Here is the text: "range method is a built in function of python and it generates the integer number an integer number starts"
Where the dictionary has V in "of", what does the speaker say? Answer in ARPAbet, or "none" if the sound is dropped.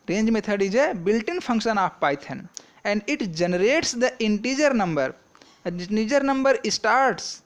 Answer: P